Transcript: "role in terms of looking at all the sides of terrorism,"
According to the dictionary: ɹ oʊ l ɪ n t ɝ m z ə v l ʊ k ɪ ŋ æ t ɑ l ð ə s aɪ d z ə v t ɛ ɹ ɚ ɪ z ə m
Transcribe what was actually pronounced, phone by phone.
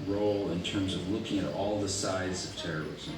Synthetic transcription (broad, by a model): ɹ oʊ l ɪ n t ɝ m z ə v l ʊ k ɪ ŋ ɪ t ɑ l ð ə s aɪ d z ə v t ɛ ɹ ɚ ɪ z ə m